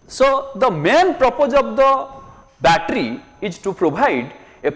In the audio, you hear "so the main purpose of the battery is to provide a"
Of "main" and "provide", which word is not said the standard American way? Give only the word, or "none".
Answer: provide